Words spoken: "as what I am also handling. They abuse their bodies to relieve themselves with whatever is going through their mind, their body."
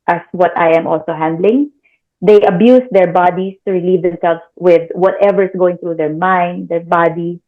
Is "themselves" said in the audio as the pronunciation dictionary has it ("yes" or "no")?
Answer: no